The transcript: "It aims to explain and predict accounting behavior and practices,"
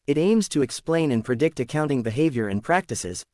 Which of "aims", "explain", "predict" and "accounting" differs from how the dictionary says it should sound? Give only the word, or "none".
none